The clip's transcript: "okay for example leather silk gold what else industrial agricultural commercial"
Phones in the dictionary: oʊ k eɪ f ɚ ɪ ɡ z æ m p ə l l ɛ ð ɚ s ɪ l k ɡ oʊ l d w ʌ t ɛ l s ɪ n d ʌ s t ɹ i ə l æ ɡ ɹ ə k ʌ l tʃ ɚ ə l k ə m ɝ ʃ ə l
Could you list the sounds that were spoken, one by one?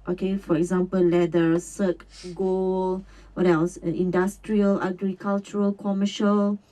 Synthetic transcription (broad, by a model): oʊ k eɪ f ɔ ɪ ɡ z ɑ m p ə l l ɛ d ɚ s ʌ k ɡ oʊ l w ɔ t ɛ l s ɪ n d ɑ s t ɹ i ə l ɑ ɡ ɹ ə k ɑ l tʃ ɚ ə l k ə m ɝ ʃ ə l